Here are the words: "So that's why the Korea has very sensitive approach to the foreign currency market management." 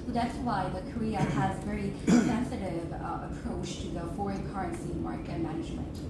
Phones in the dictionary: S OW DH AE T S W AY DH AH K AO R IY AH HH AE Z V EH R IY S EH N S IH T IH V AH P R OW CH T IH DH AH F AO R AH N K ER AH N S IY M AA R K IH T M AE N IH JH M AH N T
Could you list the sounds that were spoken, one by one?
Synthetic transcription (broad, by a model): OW DH AE T S W AY DH AH K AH R IY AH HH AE Z V EH R IY S EH N S IH T IH V AH P R OW CH T IH DH AH F AO R AH N K ER AH N S IY M AA R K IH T M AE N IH JH M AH N T